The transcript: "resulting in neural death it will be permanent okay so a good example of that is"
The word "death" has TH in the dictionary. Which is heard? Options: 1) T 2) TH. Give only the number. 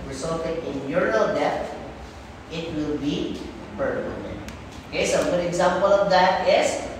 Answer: 1